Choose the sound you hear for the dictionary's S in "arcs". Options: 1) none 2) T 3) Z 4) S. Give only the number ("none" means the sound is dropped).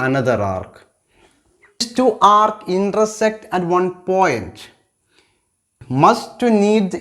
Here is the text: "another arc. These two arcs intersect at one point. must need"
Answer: 1